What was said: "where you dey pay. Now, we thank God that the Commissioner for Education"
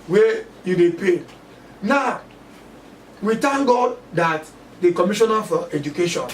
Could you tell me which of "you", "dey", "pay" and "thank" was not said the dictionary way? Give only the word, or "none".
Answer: thank